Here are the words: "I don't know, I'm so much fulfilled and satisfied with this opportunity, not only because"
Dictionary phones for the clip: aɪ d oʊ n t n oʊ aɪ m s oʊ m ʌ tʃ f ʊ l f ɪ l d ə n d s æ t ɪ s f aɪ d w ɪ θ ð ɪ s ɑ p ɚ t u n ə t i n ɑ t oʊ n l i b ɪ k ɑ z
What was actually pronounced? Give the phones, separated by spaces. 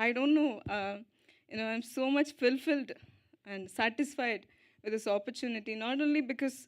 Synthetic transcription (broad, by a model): aɪ d oʊ n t n oʊ aɪ m s oʊ m ʌ tʃ f ʊ l f ɪ l d ə n d s æ t ɪ s f aɪ d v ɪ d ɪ s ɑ p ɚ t u n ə t i n ɑ t oʊ n l i b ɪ k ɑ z